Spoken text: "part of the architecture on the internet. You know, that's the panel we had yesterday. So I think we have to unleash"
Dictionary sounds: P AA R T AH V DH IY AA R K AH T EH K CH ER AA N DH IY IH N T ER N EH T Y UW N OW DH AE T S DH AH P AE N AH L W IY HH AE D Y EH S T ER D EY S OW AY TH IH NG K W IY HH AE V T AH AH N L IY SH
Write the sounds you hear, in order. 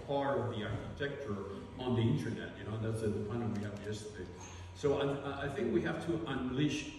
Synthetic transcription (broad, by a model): P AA R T AH V DH IY AA R K AH T EH K CH ER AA N DH IY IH N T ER N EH T Y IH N OW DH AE T S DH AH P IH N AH N W IY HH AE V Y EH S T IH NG S OW AY TH IH NG K W IY HH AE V T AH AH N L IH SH